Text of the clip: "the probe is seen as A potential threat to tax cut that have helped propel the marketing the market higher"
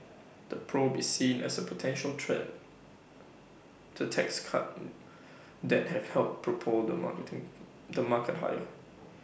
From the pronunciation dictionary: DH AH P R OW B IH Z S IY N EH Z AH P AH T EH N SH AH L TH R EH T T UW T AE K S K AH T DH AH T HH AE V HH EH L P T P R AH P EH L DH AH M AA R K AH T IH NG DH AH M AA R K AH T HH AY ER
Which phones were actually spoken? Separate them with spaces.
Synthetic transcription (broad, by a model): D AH P R OW B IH S IY N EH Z AH P AH T EH N SH AH L T R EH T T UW T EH K S K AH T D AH T HH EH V HH EH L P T P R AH P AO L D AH M AA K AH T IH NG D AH M AA K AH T HH AY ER